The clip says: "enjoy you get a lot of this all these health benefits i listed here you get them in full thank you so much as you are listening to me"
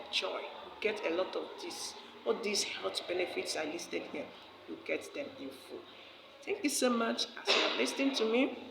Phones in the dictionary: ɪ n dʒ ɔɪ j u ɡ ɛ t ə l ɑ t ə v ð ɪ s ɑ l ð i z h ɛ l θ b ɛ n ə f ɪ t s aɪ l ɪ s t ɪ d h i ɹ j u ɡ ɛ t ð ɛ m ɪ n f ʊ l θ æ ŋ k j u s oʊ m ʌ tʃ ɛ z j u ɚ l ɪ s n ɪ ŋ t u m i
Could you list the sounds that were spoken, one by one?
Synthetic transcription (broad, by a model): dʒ ɔɪ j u ɡ ɛ t ə l ɑ t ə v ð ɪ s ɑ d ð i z h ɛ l t b ɛ n ə f ɪ t s aɪ l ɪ s t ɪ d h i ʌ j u ɡ ɛ t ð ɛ m ɪ n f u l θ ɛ ŋ k j u s oʊ m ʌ tʃ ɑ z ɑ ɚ l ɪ s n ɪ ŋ t u m i